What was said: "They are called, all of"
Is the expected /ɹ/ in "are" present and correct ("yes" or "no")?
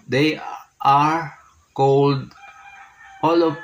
yes